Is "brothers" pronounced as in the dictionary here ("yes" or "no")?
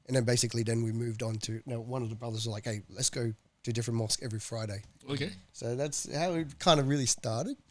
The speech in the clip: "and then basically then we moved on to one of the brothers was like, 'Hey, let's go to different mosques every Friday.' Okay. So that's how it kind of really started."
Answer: yes